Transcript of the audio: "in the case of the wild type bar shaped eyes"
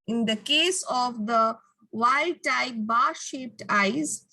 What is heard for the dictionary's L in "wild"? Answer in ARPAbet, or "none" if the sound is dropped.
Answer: none